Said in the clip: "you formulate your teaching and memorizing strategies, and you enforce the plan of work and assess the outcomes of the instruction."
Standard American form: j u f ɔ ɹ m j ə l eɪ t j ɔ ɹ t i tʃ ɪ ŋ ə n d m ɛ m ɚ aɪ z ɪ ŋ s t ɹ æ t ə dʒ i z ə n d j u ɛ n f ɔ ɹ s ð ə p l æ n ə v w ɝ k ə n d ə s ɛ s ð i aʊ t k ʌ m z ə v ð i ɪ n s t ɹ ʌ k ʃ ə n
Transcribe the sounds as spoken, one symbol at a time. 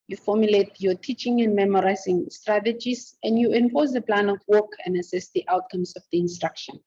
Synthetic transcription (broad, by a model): j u f ɔ m j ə l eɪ t j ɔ t i tʃ ɪ ŋ ə n d m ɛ m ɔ aɪ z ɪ ŋ s t ɹ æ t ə dʒ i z ə n d j u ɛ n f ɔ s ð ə p l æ n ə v w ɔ k ə n d ə s ɛ s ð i aʊ t k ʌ m s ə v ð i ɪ n s t ɹ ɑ k ʃ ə n